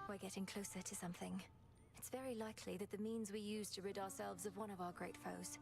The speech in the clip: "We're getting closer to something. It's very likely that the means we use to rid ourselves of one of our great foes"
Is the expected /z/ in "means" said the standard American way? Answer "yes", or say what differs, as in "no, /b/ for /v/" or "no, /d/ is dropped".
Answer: yes